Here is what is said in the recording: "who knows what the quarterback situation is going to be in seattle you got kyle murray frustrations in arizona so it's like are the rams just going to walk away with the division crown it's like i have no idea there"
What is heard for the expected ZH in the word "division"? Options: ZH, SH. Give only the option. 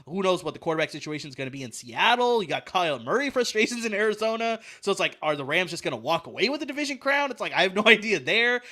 ZH